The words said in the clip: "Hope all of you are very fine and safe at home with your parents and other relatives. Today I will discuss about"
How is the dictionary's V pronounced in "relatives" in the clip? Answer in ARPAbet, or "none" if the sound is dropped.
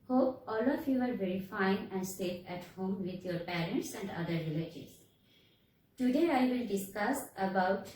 none